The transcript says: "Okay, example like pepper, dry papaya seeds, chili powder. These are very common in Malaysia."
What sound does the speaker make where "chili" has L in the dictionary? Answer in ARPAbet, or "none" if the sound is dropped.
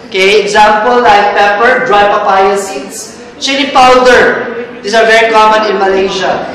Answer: N